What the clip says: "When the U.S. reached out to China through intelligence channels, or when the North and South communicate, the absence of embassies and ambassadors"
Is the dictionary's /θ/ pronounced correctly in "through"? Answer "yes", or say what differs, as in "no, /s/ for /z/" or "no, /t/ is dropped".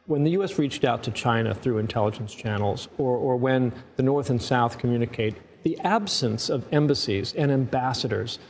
yes